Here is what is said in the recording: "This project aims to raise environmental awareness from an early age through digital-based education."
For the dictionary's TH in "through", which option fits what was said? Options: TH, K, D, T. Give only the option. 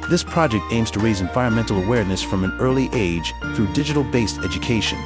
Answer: TH